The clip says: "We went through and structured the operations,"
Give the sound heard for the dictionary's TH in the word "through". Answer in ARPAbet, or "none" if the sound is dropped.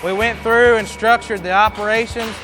TH